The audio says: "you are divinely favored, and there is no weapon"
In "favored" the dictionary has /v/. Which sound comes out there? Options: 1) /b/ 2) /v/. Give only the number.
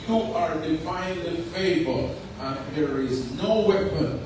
1